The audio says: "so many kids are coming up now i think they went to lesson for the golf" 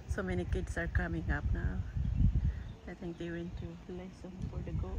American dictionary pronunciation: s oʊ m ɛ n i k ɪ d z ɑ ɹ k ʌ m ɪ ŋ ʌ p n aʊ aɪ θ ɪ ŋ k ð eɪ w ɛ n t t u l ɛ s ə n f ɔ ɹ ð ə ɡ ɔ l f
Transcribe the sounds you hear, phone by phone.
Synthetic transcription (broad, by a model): s oʊ m ɛ n i k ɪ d s ɑ ɹ k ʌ m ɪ ŋ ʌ p n aʊ aɪ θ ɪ ŋ k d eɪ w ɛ n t t u l ɛ s ə n f ɔ ɹ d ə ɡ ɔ